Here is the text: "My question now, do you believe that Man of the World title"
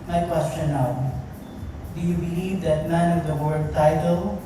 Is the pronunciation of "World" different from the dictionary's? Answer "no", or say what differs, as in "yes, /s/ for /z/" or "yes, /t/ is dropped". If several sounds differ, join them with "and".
yes, /l/ is dropped